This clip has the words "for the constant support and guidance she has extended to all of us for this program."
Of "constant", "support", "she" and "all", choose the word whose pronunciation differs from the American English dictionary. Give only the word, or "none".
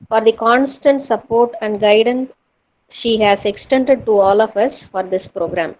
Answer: none